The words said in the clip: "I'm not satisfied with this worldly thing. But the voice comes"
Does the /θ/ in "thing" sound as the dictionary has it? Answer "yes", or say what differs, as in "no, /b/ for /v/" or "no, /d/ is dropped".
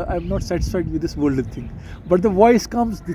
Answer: no, /t/ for /θ/